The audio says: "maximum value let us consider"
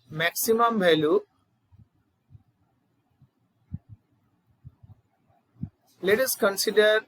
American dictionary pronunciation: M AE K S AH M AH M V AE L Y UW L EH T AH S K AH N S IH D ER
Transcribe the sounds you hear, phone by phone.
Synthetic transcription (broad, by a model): M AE K S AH M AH M B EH L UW L EH T AH S K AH N S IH D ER